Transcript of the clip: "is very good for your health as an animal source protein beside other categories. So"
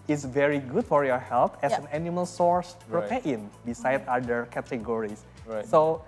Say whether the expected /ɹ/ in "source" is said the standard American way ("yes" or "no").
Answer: yes